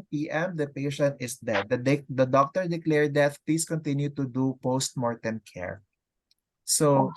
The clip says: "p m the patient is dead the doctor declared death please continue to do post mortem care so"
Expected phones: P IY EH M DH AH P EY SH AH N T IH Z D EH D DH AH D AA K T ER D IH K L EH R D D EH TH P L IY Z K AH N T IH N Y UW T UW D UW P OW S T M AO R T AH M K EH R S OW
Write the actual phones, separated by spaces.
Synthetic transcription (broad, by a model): P IY EH M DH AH P EY SH AH N T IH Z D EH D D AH D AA K T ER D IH K L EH R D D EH T P L IY S K AH N T IH N Y UW T UW D UW P OW S T M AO R T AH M K EH R S OW